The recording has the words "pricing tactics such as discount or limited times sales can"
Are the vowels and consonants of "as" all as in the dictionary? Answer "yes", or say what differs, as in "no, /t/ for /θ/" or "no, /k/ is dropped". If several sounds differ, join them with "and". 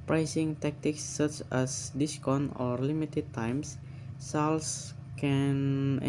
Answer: no, /s/ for /z/